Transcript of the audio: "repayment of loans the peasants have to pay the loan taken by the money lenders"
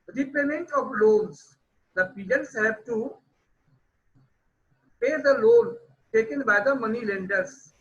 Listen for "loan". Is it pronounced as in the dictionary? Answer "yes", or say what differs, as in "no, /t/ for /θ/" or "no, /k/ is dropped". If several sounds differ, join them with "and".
no, /l/ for /n/